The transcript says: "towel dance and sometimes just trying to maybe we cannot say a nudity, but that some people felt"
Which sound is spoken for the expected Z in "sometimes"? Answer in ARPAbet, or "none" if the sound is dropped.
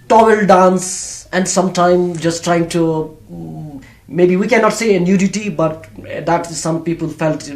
none